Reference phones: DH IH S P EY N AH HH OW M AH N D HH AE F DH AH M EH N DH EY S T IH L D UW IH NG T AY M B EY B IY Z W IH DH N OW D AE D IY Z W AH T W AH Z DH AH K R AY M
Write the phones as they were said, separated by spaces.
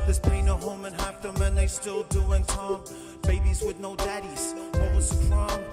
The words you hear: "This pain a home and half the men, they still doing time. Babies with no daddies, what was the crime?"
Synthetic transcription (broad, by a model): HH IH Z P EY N AH HH OW M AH N HH AE F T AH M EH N DH EY S T IH L D UW IH NG T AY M B EY B IY Z W IH DH N OW D AE D IY Z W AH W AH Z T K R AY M